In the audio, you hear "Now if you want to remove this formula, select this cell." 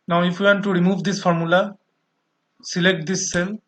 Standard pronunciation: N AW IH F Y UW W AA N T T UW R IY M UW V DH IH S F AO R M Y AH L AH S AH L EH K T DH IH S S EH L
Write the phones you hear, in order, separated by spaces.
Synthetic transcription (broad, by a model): N AW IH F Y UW W AA N T T UW R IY M UW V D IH S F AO R M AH L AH S AH L EH K T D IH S S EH L